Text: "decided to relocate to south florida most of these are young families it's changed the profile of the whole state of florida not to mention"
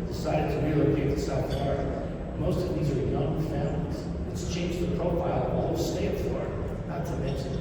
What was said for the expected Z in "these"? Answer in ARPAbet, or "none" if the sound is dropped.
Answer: Z